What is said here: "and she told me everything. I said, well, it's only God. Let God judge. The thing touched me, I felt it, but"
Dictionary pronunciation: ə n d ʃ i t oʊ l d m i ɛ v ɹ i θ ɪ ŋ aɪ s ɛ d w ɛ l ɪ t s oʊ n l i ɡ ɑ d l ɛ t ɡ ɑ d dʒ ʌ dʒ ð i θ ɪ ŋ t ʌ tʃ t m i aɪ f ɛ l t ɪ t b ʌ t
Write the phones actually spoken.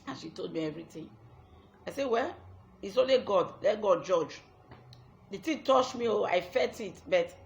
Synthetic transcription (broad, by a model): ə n ʃ i t oʊ l d m i ɛ v ɹ i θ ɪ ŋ aɪ s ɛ w ɛ l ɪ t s oʊ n l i ɡ ɑ d l ɛ t ɡ ɑ d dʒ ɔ dʒ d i t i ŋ t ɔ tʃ m i aɪ f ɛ t ɪ t b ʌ t